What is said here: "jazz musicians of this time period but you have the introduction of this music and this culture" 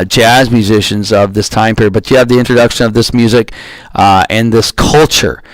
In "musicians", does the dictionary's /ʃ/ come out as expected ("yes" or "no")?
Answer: yes